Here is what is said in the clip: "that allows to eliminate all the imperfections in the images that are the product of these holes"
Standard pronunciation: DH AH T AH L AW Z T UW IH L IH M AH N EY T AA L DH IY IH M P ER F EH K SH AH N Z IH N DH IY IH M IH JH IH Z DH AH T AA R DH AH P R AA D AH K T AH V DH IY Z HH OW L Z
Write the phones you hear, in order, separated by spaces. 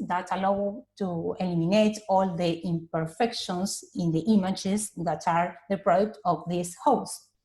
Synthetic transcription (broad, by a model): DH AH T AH L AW T UW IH L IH M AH N EY T AA L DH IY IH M P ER F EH K SH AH N S IH N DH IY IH M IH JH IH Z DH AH T AA R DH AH P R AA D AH K T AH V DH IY S HH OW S